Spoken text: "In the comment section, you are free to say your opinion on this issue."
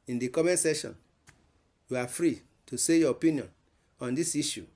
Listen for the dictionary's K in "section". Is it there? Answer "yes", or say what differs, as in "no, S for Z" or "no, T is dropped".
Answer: no, K is dropped